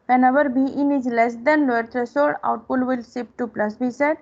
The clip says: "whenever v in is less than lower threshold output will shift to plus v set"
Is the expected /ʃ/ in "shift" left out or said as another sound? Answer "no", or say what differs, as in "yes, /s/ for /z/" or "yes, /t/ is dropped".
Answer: yes, /s/ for /ʃ/